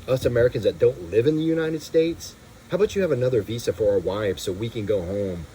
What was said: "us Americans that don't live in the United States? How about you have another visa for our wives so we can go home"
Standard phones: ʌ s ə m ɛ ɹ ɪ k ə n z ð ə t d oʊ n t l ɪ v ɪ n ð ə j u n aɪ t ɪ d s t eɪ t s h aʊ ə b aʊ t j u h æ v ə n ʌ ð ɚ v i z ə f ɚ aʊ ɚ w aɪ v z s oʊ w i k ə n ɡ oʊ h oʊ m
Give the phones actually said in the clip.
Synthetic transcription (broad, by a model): ʌ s ə m ɛ ɹ ɪ k ə n z ð ə t d oʊ n t l ɪ v ɪ n ð ə j u n aɪ t ɪ d s t eɪ t s h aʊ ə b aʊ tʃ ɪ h v ə n ʌ ð ɚ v i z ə f ɚ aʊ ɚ w aɪ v s oʊ w i k ə n ɡ oʊ h oʊ m